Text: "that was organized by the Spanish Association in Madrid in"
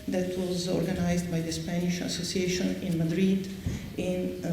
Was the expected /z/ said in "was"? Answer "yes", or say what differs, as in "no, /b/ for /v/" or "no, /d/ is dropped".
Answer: yes